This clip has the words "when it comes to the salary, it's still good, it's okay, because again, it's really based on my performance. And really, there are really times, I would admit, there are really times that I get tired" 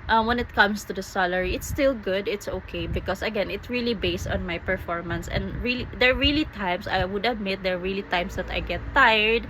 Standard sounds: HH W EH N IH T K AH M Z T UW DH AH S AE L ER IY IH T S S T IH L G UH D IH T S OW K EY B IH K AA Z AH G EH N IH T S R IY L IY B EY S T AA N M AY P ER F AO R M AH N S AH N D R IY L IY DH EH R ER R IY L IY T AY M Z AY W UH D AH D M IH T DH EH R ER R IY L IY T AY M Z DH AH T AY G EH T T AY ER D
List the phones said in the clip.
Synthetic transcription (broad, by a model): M W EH N IH T K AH M S T UW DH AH S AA L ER IY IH T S S T IH L G UH D IH T S OW K EY B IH K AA S AH G EH N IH T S R IY L IY B EY S T AA N M AY P ER F AO R M AH N S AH N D R IY L IY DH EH R R IY L IY T AY M S AY W UH D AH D M IH T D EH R R IY L IY T AY M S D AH T AY G EH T T AY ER D